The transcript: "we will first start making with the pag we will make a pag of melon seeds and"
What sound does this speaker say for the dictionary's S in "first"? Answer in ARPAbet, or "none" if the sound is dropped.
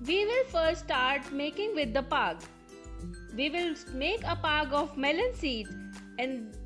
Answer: none